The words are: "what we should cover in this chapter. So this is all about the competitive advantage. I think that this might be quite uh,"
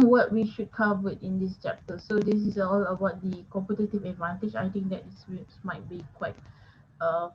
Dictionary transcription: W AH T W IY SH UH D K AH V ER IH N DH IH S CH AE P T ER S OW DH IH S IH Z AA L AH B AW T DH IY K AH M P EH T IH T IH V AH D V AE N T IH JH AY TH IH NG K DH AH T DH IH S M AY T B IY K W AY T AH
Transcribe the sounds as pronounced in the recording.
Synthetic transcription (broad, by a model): W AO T W IY SH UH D K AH W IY IH N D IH S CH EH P T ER S OW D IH S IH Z AA L AH B AW T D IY K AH M P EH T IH T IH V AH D V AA N T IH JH AY T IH NG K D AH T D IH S M AY T B IY K W AY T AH